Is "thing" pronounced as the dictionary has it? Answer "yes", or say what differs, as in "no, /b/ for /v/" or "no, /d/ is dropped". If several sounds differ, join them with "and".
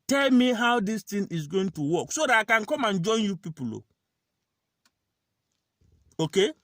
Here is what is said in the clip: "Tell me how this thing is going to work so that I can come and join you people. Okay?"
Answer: no, /t/ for /θ/